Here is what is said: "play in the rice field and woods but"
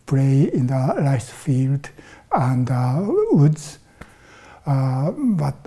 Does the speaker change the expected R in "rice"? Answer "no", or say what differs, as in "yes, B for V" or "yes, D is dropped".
yes, L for R